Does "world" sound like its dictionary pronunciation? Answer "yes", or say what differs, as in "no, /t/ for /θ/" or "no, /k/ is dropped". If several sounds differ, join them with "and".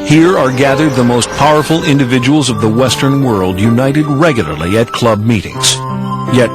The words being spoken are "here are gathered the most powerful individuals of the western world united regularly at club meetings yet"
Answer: yes